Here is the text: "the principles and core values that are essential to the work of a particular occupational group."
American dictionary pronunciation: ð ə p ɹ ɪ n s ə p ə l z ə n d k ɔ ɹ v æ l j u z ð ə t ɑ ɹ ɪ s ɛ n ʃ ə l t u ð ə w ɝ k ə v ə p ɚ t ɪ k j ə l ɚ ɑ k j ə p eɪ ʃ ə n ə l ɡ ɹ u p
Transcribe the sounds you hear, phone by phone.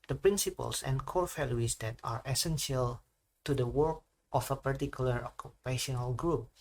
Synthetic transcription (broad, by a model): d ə p ɹ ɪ n s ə p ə l s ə n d k ɔ ɹ f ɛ l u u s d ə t ɑ ɹ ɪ s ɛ n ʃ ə l t u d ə w ɝ k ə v ə p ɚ t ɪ k j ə l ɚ ɑ k j ə p eɪ ʃ ə n ə l ɡ ɹ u p